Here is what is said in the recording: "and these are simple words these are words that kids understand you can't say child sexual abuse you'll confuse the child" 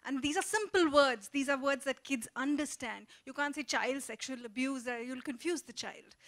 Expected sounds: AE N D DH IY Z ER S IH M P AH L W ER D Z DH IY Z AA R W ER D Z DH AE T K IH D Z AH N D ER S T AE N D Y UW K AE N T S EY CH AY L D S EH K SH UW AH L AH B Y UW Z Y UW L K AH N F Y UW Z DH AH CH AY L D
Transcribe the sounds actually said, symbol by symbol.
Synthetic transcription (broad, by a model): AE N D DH IY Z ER S IH M P AH L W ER D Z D IY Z AA R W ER D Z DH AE T K IH D Z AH N D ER S T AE N D Y UW K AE N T S EY CH AY L D S EH K SH UW AH L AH B Y UW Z Y UW L K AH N F Y UW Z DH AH CH AY L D